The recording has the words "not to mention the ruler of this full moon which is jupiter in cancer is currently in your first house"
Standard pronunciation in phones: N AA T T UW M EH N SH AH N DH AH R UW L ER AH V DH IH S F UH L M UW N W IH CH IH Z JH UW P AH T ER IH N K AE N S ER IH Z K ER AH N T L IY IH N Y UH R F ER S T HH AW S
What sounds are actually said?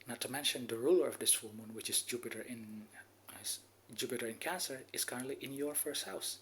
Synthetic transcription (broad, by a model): N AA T T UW M EH N SH AH N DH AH R UW L ER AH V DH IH S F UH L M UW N W IH CH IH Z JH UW P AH T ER IH N K AE N S ER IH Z K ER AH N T L IY IH N Y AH R F ER S T HH AW S